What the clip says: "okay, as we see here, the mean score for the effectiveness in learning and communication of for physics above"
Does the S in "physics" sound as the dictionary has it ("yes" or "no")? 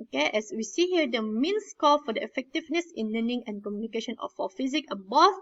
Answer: no